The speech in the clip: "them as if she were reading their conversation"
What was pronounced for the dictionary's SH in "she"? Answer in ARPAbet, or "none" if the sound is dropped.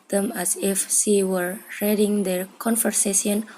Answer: S